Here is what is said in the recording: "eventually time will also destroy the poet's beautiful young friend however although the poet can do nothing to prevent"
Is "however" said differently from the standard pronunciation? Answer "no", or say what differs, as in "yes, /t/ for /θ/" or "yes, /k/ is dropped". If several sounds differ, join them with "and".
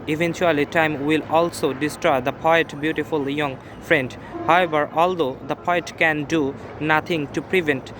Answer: yes, /b/ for /v/